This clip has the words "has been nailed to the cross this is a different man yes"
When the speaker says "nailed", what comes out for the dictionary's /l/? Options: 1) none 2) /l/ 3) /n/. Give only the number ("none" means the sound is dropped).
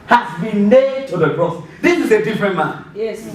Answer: 1